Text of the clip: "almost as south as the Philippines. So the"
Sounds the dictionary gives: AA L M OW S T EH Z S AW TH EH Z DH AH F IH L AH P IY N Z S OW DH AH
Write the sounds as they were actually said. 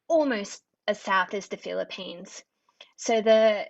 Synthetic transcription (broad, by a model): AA L M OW S T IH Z S AW TH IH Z DH AH F IH L AH P IY N Z S OW DH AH